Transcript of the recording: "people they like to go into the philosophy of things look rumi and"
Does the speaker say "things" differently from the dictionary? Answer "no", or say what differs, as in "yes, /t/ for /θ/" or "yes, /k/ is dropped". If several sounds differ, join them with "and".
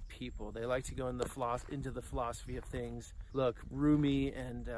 no